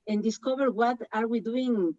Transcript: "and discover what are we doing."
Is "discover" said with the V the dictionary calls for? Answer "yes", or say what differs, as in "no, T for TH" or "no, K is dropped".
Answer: no, B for V